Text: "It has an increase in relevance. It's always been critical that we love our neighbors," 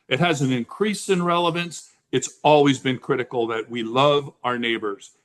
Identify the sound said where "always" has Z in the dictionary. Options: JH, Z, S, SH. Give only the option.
Z